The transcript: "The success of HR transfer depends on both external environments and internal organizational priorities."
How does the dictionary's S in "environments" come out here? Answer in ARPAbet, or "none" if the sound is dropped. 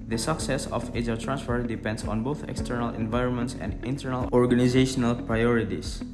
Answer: S